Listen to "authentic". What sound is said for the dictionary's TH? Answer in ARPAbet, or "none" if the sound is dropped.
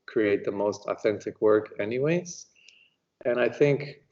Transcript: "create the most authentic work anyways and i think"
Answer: TH